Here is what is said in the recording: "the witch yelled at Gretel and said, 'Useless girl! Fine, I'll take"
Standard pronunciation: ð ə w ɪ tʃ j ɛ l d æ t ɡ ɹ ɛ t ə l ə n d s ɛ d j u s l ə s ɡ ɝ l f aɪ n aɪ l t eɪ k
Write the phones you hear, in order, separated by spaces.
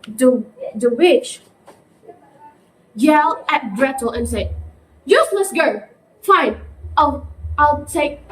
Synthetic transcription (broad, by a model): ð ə w ɪ tʃ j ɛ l æ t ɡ ɹ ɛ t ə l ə n s ɛ d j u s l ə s ɡ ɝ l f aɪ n aɪ l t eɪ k